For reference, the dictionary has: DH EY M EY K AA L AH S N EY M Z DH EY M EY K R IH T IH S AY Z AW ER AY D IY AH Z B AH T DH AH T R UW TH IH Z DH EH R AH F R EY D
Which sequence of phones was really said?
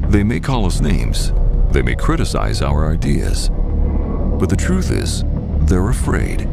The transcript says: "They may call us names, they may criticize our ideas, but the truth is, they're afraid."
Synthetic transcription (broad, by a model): DH EY M EY K AA L AH S N EY M Z DH EY M EY K R IH T IH S AY Z AW ER AY D IY AH Z B AH T DH AH T R UW TH IH Z DH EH R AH F R EY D